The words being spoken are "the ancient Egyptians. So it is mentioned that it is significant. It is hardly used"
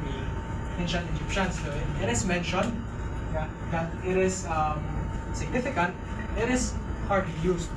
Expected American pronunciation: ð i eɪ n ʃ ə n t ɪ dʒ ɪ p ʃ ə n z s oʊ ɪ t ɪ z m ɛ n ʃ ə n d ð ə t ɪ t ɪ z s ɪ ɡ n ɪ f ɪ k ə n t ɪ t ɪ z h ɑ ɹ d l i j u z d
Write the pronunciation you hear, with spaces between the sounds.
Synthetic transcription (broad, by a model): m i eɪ n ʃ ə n ɪ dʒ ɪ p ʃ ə n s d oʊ ɪ t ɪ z m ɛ n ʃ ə n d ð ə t ɪ t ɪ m s ɪ ɡ n ɪ f ɪ k ə n t ɪ t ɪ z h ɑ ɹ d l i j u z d